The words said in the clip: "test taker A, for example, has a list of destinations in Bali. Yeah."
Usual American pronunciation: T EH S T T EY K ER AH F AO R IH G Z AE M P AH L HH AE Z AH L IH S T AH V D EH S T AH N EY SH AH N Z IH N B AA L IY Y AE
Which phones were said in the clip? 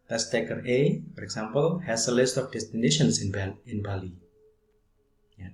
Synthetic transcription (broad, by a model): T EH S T T EY K ER AH F AO R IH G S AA M P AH L HH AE S AH L IH S T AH F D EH S T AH N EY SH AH N S IH N B AA L IY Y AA